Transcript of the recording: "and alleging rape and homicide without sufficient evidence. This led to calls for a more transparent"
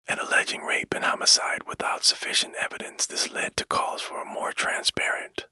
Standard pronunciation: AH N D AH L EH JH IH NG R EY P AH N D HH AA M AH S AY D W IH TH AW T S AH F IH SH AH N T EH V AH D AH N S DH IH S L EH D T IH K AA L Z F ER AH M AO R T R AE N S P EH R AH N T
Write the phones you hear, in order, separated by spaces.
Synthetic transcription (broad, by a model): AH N AH L EH JH IH NG R EY P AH N HH AA M AH S AY D W IH TH AW T S AH F IH SH AH N T EH V AH D AH N S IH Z L EH D T IH K AA Z F ER AH M AO R T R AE N S P EH R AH N T